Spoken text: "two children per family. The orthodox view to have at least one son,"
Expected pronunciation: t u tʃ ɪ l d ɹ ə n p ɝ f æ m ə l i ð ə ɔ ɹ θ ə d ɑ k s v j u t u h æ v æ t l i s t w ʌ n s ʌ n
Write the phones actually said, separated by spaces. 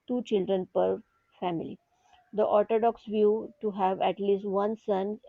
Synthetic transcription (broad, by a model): t u tʃ ɪ l d ɹ ə n p ɝ f æ m ə l i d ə ɔ ɹ t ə d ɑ k s v j u t u h æ v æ t l i s t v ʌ n s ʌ n